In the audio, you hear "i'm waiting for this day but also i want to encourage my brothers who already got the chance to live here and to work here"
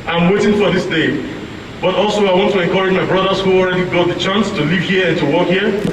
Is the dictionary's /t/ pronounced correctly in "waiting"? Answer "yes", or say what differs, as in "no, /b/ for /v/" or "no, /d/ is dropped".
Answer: yes